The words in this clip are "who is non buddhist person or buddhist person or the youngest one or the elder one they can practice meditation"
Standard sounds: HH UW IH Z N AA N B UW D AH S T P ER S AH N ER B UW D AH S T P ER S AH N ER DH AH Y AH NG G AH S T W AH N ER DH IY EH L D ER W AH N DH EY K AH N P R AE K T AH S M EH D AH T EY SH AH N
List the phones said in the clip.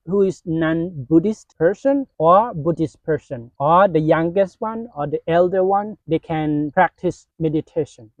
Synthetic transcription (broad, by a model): HH UW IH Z N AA N B UW D AH S T P ER S AH N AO B UW D AH S T P ER S AH N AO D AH Y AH NG G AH S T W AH N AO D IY EH L D ER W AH N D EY K AH N P R AE K T AH S M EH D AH T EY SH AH N